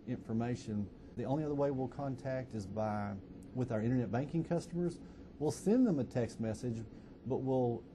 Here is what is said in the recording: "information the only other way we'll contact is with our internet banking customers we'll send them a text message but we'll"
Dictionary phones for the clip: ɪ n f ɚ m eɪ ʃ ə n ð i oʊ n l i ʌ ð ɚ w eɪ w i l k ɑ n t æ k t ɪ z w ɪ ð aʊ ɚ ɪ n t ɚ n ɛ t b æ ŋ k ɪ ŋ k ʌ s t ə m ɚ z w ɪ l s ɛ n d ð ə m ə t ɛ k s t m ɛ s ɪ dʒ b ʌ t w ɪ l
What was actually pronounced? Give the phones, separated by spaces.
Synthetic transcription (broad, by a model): ɪ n f ɚ m eɪ ʃ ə n ð i oʊ n l i ʌ ð ɚ w eɪ w i l k ɑ n t æ k t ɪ z w ɪ ð aʊ ɚ ɪ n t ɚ n ɛ t b æ ŋ k ɪ ŋ k ʌ s t ə m ɚ z w ɪ l s ɛ n ð ə m ə t ɛ k s t m ɛ s ɪ dʒ b ʌ t w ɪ l